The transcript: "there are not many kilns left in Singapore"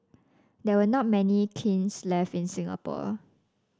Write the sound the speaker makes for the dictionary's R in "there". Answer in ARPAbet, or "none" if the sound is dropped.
W